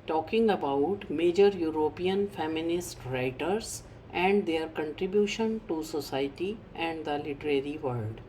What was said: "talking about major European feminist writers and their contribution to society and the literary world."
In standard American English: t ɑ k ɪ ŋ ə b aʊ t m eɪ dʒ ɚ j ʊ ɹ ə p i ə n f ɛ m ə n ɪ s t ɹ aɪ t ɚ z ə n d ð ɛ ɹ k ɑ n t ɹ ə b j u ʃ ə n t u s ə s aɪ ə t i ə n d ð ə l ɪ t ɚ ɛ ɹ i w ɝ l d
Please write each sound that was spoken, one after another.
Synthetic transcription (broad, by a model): t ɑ k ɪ ŋ ə b aʊ t m eɪ dʒ ɚ j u ɹ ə p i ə n f ɛ m ə n ɪ s t ɹ aɪ t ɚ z ə n d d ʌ ɹ k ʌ n t ɹ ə b j u ʃ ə n t u s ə s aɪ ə t i ə n d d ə l ɪ t ɚ ɛ ɹ i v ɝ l d